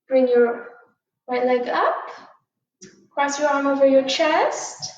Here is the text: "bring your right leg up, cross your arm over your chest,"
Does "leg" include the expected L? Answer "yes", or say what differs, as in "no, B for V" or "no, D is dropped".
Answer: yes